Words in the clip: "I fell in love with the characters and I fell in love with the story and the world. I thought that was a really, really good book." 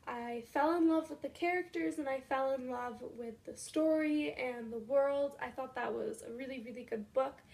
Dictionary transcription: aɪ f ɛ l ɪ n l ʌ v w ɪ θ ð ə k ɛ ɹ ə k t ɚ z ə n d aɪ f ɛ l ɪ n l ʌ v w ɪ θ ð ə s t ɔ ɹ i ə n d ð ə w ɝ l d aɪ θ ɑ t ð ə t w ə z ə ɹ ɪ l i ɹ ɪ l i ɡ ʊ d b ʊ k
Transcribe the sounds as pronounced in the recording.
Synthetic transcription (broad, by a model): aɪ f ɛ l ɪ n l ʌ v w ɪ ð ə k ɛ ɹ ə k t ɚ z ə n aɪ f ɛ l ɪ n l ʌ v w ɪ ð ə s t ɔ ɹ i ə n ð ə w ɝ l d aɪ θ ɑ t ð ə t w ə z ə ɹ ɪ l i ɹ ɪ l i ɡ ʊ d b ʊ k